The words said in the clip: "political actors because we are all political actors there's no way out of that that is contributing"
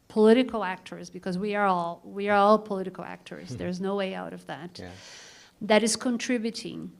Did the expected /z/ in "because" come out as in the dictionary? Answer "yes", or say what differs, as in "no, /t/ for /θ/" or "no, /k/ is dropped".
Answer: yes